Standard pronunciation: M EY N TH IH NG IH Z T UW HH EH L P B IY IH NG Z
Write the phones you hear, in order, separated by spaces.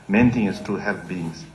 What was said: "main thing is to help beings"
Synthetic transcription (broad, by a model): M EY N T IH NG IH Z T UW HH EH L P B IY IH NG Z